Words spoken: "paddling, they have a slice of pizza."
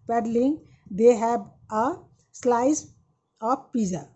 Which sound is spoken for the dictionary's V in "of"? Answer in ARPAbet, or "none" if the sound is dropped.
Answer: P